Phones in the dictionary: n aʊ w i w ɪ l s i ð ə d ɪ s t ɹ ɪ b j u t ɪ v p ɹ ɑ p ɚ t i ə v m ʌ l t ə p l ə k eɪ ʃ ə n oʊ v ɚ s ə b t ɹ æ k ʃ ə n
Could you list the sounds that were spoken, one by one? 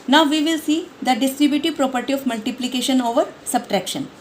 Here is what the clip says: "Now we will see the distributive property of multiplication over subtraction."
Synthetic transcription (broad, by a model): n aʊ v i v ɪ l s i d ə d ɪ s t ɹ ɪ b j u t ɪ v p ɹ ɑ p ɚ t i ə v m ʌ l t ə p l ə k eɪ ʃ ə n oʊ v ɚ s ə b t ɹ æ k ʃ ə n